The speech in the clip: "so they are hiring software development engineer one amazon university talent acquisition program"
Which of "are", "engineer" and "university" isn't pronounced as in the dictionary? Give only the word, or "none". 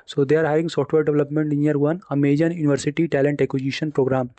engineer